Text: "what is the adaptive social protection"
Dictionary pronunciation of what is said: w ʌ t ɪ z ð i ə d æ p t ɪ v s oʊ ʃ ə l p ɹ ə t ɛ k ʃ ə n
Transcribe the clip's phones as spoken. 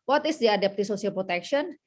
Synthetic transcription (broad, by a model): w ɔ t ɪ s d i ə d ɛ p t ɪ s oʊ s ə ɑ p ɹ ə t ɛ k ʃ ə n